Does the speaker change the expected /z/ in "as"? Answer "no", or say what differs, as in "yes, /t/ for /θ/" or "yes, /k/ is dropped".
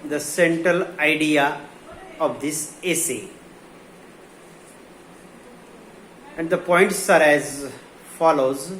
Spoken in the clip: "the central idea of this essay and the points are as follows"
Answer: no